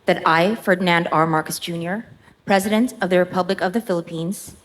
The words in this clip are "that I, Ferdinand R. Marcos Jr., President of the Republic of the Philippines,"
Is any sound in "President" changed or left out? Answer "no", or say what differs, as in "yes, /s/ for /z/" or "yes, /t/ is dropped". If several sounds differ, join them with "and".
no